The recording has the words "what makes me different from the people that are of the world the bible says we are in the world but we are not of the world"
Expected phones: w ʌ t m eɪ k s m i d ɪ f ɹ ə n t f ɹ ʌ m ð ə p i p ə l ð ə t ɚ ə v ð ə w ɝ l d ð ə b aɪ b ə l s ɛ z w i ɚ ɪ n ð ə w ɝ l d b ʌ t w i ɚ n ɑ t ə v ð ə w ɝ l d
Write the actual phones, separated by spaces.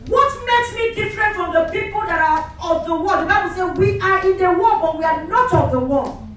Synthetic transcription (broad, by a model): w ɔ t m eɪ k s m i d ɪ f ɹ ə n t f ɹ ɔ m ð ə p i p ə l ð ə t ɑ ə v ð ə w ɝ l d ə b aɪ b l s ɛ w i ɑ ɪ n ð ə w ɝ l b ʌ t w i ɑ n ɑ t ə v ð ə w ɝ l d